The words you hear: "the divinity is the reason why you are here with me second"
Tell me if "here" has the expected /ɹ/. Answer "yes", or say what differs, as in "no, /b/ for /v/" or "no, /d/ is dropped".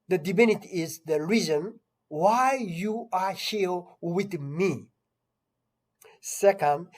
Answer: no, /l/ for /ɹ/